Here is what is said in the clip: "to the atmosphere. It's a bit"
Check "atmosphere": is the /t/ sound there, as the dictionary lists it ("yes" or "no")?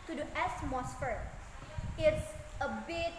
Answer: no